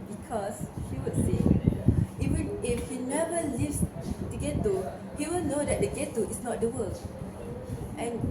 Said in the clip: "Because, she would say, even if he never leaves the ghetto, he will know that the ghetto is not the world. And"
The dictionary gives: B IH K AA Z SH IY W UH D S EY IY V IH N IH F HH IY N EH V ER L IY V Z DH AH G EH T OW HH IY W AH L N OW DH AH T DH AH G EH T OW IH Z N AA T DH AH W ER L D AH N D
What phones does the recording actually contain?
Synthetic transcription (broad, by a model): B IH K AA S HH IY W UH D S EY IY W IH IH F HH IY N EH V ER L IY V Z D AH G EH T OW HH IY W AH L N OW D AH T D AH G EH T OW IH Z N AA T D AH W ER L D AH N